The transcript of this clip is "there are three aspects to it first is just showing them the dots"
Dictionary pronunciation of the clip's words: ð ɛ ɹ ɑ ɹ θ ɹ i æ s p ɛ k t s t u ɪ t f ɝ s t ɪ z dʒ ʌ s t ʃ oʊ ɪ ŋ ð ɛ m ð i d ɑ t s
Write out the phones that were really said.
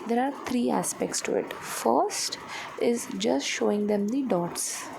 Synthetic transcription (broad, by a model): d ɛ ɹ ɑ ɹ t ɹ i æ s p ɛ k t s t u ɪ t f ɝ s t ɪ z dʒ ʌ s t ʃ oʊ ɪ ŋ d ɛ m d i d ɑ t s